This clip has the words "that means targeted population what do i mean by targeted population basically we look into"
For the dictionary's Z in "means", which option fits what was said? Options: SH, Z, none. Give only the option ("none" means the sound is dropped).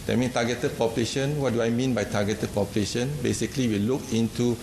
none